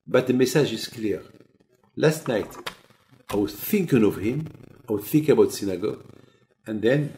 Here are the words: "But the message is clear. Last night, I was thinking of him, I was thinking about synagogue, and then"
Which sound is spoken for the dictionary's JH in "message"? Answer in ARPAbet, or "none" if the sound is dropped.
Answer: ZH